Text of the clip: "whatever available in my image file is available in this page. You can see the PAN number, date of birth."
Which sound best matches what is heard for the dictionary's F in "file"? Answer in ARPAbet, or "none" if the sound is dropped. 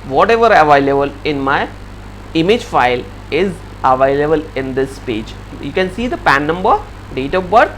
F